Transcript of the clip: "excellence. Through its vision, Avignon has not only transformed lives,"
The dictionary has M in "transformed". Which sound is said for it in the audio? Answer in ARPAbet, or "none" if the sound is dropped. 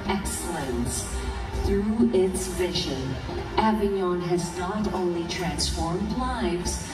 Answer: M